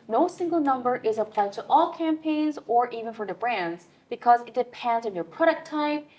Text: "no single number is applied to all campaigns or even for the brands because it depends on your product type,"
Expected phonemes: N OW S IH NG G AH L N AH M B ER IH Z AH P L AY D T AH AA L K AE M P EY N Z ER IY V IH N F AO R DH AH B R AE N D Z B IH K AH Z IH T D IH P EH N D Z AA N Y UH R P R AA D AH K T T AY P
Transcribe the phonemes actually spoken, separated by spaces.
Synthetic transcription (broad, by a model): N OW S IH NG G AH L N AH M B ER IH Z AH P L AY D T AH AA L K AE M P EY N Z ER IY V IH N F AO R DH AH B R AE N D Z B IH K AH Z IH T D IH P EH N D Z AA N Y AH R P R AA D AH K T T AY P